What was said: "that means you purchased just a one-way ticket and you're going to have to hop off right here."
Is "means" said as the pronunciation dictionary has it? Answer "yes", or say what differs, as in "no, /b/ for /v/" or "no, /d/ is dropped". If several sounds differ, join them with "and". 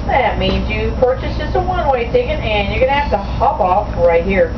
yes